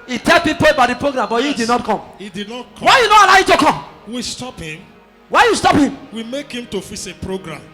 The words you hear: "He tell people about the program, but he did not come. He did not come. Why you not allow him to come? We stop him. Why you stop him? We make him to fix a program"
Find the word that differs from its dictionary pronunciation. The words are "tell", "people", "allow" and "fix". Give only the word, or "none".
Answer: fix